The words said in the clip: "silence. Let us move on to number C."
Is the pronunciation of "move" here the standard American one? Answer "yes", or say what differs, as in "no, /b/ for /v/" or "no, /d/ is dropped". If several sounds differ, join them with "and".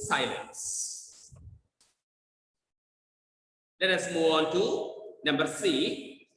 no, /v/ is dropped